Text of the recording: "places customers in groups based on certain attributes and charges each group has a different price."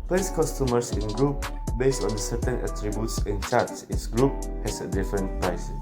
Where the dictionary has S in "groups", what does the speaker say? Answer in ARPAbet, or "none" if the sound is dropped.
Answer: none